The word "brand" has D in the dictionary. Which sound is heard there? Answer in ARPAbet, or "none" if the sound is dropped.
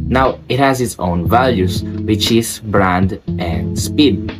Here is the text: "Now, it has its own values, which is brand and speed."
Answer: D